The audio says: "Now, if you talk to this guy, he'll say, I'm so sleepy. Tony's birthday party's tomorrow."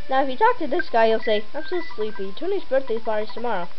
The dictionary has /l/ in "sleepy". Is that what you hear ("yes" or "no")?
yes